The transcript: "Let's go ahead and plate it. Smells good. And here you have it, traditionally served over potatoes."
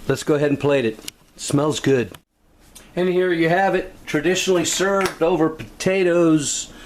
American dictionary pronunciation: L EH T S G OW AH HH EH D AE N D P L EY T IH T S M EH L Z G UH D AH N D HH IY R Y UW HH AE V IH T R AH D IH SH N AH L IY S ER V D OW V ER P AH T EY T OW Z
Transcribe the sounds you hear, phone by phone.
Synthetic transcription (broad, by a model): L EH T S G OW AH HH EH D N P L EY T IH T S M EH L Z G UH D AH N HH IY R Y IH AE V IH T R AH D IH SH N L IY S ER V D OW V ER P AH T EY T OW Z